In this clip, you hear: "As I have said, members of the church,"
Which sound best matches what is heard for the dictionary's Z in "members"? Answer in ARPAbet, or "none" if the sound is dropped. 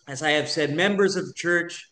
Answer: Z